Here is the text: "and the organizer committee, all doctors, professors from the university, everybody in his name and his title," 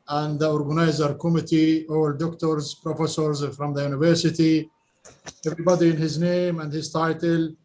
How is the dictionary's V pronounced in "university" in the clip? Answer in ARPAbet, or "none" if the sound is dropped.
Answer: V